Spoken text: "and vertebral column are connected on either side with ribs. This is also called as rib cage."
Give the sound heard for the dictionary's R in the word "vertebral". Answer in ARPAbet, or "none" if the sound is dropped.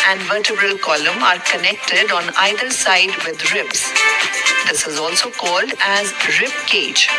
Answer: R